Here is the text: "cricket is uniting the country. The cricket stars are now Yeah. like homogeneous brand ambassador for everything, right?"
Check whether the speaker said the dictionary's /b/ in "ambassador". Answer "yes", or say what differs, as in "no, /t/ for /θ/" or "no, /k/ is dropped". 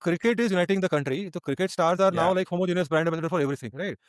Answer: no, /b/ is dropped